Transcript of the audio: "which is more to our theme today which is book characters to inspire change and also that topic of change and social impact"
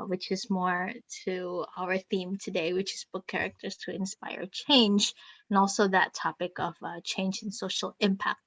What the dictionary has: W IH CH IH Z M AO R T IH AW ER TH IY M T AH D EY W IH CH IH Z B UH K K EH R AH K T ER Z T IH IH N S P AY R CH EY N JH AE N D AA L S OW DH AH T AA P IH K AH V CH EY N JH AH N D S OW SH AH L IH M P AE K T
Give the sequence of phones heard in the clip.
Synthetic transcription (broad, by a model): W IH CH IH Z M AO R T IH AW ER TH IY M T AH D EY W IH CH IH Z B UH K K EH R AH K T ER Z T IH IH N S P AY R CH EY N JH N AA L S OW DH AH T AA P IH K AH V CH EY N JH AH N S OW SH L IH M P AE K T